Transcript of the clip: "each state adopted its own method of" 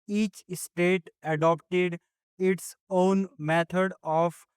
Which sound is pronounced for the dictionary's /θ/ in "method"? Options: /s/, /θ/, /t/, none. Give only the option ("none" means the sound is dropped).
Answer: /t/